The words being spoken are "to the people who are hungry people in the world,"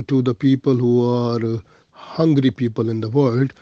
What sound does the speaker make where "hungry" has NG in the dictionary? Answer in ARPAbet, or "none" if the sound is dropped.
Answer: NG